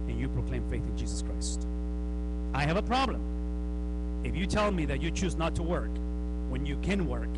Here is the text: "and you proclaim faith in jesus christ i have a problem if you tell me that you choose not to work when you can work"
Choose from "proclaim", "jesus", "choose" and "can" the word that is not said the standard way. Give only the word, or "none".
none